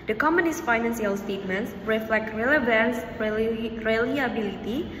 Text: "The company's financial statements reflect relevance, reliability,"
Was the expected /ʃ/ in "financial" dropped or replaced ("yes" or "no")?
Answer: yes